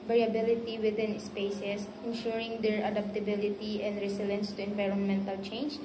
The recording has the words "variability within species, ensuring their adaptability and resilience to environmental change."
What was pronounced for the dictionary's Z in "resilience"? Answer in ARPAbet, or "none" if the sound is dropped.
S